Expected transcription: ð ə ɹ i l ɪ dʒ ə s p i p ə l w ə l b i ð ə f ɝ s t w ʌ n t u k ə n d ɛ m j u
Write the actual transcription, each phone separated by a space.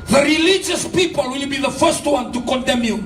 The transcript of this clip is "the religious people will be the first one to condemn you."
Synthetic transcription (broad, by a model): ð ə ɹ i l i dʒ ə s p i p ə l w ə l b i ð ə f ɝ s t w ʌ n t u k ə n d ɛ m j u